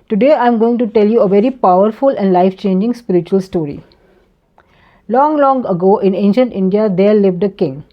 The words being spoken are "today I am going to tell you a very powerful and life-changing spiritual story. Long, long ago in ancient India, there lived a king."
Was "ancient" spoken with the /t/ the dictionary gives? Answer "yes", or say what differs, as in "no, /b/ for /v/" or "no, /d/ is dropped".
yes